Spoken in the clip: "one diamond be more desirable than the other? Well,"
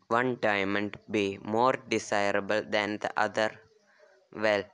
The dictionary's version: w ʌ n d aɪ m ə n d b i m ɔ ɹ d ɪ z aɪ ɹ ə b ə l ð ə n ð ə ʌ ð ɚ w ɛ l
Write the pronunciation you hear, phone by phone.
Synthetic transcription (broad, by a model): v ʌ n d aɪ m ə n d b i m ɔ ɹ d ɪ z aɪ ɹ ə b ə l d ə n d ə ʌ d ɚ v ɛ l